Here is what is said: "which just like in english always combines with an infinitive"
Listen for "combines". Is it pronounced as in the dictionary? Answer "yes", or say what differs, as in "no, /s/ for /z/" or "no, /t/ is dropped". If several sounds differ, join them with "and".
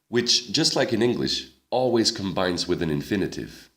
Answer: yes